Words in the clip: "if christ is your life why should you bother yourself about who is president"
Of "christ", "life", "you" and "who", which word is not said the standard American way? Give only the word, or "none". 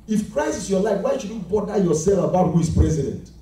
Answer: christ